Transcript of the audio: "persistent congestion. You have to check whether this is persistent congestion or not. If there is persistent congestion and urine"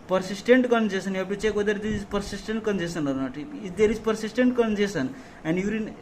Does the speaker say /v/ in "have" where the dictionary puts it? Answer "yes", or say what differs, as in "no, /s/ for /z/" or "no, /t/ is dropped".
no, /p/ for /v/